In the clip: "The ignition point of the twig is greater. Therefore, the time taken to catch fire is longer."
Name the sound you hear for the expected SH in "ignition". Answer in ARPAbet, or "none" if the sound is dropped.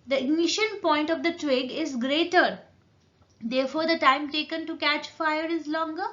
SH